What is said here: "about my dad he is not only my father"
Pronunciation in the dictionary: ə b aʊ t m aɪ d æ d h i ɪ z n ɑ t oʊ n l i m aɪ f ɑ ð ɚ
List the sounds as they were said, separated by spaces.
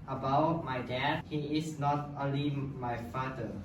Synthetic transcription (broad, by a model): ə b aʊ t m aɪ d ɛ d h i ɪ s n ɑ t oʊ n l i m aɪ f ɑ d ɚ